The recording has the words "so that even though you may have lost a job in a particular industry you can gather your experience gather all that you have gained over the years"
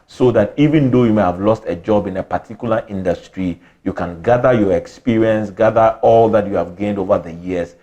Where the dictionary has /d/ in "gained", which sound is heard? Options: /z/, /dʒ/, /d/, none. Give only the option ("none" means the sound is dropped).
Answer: /d/